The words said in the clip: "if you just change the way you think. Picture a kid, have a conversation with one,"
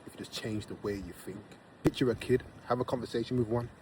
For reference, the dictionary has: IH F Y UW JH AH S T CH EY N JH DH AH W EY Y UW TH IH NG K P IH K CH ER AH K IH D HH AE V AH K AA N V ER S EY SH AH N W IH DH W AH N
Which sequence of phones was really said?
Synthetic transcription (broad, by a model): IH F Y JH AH S CH EY N JH DH AH W EY Y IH TH IH NG K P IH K CH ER AH K IH D HH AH V AH K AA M V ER S EY SH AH N W IH DH W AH N